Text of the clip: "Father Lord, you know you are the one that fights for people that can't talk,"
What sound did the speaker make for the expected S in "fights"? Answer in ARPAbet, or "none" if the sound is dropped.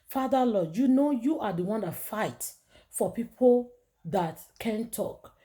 none